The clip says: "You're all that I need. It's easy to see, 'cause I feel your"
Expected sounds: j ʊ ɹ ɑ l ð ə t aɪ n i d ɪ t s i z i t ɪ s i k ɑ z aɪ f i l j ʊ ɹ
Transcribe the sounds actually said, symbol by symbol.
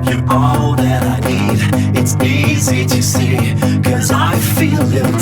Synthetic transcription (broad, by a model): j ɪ ɑ l ð ə t aɪ n i d ɪ t s i z i t ɪ s i k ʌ z aɪ f i l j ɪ